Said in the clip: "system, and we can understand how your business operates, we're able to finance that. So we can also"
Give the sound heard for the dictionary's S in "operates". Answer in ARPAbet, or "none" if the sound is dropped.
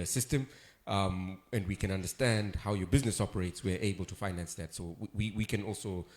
S